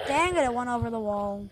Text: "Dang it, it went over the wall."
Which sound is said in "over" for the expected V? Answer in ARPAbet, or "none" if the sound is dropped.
V